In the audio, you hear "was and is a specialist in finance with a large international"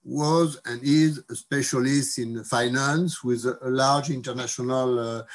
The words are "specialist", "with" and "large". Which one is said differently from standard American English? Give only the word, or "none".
none